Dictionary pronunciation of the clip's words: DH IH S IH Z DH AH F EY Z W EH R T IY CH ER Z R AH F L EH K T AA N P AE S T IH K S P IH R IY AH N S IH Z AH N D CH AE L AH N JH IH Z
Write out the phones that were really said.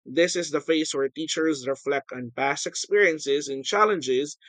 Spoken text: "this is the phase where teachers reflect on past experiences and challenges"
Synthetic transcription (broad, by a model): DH IH S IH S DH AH F EY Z W EH R T IY CH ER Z R AH F L EH K T AA N P AE S T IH K S P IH R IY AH N S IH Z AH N CH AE L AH N JH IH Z